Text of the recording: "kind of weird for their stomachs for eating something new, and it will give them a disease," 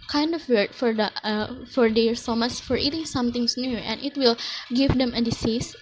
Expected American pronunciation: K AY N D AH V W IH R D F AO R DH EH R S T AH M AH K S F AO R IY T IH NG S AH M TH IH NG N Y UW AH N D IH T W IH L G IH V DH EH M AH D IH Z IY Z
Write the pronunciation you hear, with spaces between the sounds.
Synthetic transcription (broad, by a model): K AY N D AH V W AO R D F AO R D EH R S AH M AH S F AO R IY T IH NG S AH M T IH NG N Y UW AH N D IH T W IH L G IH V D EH M AH D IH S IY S